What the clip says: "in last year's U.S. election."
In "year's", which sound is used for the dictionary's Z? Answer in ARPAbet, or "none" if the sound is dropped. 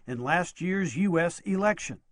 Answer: Z